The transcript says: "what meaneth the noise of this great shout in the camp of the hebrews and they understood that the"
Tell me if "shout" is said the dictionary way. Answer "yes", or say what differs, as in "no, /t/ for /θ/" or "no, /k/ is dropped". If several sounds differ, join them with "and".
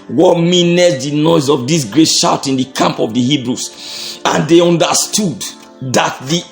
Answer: yes